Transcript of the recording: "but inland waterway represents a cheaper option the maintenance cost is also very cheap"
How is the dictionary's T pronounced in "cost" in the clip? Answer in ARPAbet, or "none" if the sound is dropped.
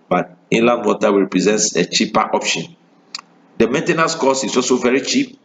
none